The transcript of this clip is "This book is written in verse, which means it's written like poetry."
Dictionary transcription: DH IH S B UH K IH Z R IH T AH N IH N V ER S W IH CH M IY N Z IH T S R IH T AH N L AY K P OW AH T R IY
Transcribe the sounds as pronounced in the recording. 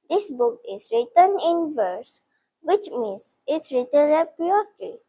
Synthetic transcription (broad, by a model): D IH S B UH K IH S R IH T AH N IH N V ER S W IH CH M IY N S IH T S R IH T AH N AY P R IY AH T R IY